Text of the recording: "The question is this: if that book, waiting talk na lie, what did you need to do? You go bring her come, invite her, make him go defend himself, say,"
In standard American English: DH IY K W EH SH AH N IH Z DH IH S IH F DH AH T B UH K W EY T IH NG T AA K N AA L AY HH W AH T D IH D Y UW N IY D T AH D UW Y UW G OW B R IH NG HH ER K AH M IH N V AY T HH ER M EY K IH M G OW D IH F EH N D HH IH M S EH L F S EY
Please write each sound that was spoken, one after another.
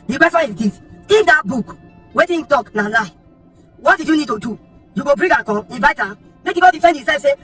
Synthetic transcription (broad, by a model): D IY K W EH S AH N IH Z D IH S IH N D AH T B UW K W EY T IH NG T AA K N AA L AY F W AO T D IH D Y UW N IY D T AH D UW Y UW G OW B R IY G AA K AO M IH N V AY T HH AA M EY K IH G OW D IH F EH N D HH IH S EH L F S EY